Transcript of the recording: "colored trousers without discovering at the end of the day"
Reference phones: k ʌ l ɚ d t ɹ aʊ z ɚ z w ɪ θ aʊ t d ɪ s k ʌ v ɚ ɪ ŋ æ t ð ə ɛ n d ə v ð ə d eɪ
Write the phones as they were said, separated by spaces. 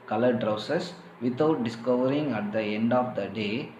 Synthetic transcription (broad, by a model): k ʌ l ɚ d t ɹ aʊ s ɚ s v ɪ t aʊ t d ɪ s k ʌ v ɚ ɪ ŋ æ t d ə ɛ n d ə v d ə d eɪ